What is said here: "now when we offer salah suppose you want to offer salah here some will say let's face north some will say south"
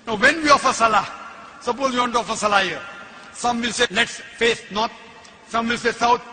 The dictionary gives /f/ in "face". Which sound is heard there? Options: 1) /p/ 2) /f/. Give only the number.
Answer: 2